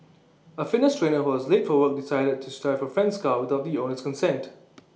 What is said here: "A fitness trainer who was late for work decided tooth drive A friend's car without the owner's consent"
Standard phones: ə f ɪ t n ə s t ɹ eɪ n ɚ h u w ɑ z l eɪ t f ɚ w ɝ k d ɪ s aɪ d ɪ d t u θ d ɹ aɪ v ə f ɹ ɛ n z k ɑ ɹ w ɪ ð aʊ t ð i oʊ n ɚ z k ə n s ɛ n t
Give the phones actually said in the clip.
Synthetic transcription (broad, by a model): ə f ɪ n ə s t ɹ eɪ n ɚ h u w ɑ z l eɪ t f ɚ w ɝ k d ɪ s aɪ d ɪ d t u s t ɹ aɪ f ə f ɹ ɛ n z k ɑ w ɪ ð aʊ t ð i oʊ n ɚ s k ə n s ɛ n t